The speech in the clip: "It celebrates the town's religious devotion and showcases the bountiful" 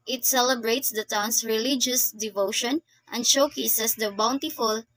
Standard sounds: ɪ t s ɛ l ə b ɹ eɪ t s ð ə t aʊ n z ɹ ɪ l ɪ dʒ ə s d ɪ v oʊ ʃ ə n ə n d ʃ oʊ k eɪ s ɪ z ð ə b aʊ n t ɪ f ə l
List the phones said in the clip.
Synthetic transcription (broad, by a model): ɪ t s ɛ l ə b ɹ eɪ t s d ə t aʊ n s ɹ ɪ l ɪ dʒ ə s d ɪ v oʊ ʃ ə n ə n d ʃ oʊ k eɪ s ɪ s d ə b aʊ n t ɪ f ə l